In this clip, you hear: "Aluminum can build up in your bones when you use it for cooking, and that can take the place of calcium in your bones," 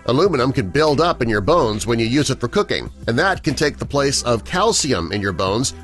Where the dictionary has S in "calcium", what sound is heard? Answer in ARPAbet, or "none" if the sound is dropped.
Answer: S